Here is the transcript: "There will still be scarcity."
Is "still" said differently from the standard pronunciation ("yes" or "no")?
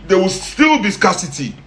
no